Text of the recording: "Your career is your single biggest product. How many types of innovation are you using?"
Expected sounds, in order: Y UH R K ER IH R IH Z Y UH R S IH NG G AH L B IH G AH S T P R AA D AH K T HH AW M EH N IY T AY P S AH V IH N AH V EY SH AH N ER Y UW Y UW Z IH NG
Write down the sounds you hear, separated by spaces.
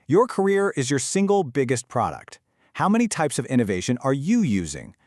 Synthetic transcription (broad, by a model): Y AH R K ER IH R IH Z Y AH R S IH NG G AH L B IH G AH S T P R AA D AH K T HH AW M EH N IY T AY P S AH V IH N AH V EY SH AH N ER Y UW Y UW Z IH NG